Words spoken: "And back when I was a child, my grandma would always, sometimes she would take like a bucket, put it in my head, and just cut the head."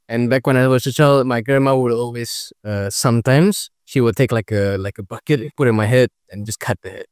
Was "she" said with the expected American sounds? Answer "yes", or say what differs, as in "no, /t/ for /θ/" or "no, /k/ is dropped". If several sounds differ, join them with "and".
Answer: yes